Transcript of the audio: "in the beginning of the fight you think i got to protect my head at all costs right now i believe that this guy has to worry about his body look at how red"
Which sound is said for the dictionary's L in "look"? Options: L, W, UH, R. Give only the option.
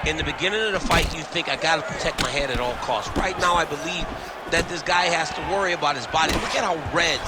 W